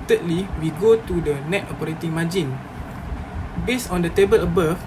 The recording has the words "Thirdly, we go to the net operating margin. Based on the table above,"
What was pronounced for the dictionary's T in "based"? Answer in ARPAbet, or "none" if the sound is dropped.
none